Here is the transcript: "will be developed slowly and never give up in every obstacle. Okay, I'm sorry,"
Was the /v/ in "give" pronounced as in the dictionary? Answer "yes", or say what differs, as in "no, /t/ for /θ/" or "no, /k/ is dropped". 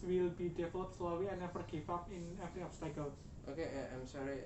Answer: no, /f/ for /v/